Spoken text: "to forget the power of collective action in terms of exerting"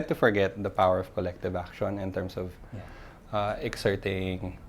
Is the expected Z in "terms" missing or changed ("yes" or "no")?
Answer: yes